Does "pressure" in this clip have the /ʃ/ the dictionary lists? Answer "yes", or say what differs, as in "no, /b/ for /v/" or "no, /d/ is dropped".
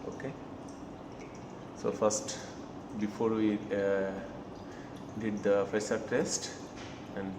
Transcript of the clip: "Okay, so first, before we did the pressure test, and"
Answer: no, /s/ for /ʃ/